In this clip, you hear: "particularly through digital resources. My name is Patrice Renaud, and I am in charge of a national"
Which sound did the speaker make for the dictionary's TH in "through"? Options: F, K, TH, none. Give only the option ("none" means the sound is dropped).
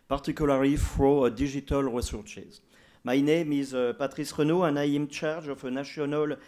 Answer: F